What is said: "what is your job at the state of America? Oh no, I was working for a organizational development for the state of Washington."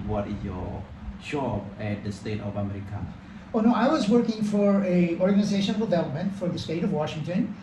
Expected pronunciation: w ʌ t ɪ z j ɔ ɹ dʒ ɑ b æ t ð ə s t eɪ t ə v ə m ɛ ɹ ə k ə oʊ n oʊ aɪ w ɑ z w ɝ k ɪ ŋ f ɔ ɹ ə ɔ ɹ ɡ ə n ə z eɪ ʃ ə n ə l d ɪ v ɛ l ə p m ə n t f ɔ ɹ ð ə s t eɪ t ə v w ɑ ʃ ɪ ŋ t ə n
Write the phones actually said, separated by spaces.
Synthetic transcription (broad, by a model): w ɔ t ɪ s j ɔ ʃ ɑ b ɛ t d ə s t eɪ t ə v ə m ɛ ɹ ə k ə oʊ n oʊ aɪ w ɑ z w ɝ k ɪ ŋ f ɔ ɹ ə ɔ ɹ ɡ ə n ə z eɪ ʃ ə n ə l d ɪ v ɛ l ə p m ə n t f ɔ ɹ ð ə s t eɪ t ə v w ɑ ʃ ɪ ŋ t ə n